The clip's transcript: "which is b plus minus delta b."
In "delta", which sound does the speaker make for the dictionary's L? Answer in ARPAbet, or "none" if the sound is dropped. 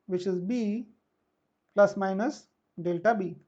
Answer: L